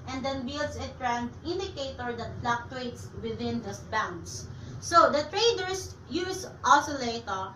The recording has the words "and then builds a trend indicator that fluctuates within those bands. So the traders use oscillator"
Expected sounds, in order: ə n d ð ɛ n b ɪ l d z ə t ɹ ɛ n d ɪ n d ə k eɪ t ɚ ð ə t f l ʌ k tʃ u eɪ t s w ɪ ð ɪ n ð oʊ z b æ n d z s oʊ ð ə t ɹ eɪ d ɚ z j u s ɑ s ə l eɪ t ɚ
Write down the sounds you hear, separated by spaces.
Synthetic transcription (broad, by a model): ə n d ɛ n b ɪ l d s ə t ɹ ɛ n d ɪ n d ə k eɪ t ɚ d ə t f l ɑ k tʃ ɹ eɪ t s w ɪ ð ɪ n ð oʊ s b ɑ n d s s oʊ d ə t ɹ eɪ d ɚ s j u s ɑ s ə l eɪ t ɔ